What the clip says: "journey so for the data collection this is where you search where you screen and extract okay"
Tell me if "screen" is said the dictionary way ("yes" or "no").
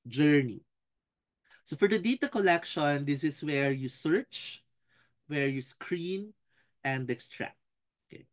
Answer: yes